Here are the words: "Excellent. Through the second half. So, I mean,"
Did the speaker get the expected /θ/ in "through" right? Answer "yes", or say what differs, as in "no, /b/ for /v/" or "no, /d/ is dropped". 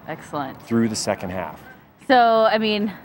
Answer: yes